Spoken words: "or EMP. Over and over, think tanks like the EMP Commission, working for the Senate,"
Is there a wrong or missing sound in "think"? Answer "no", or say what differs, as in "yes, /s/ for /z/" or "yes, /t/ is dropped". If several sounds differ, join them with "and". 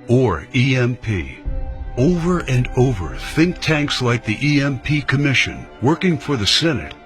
no